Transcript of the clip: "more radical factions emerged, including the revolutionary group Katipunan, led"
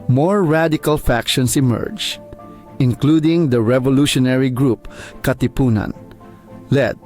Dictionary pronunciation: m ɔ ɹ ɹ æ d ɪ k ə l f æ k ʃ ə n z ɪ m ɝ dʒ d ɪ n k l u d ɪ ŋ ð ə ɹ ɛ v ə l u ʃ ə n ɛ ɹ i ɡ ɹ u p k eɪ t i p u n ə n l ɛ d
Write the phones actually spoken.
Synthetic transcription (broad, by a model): m ɔ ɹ ɹ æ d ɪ k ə l f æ k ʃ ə n s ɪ m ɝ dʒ ɪ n k l u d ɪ ŋ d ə ɹ ɛ v ə l u ʃ ə n ɛ ɹ i ɡ ɹ u p k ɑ t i p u n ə n l ɛ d